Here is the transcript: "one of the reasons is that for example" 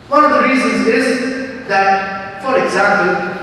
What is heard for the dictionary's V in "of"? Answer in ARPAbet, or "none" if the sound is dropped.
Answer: V